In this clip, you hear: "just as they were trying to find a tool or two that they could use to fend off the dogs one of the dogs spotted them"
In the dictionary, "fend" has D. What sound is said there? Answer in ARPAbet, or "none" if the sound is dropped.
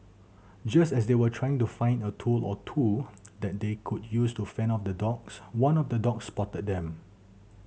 none